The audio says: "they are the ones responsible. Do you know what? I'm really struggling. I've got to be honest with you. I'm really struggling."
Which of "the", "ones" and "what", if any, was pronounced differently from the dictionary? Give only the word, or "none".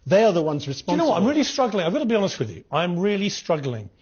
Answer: none